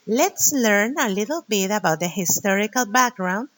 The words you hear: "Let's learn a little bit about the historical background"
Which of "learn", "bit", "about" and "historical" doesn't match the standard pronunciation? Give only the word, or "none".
none